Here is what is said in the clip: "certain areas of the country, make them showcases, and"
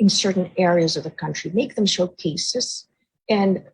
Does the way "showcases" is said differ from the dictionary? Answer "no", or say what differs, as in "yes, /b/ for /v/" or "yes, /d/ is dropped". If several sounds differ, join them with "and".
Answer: no